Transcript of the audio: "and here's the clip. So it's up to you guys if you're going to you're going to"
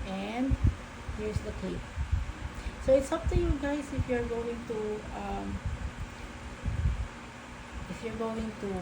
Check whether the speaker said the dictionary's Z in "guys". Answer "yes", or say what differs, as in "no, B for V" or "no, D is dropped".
no, S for Z